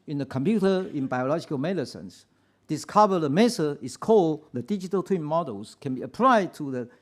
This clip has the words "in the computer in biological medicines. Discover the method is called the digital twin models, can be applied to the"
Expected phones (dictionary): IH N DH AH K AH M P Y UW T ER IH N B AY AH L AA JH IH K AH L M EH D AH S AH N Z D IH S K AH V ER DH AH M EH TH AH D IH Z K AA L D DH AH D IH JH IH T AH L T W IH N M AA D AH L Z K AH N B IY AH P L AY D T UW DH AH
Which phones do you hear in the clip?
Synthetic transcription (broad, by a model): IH N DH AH K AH M P Y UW T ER IH N B AY AH L AA JH IH K AH L M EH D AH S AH N S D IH S K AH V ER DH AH M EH S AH IH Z K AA L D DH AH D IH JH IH T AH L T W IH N M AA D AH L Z K AH N B IY AH P L AY D T UW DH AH